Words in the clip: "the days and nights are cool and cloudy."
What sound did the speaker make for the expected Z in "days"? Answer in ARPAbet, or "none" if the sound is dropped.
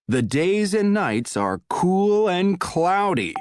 Z